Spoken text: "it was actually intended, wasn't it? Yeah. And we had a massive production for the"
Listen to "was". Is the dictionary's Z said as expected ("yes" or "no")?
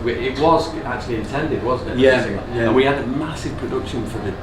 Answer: yes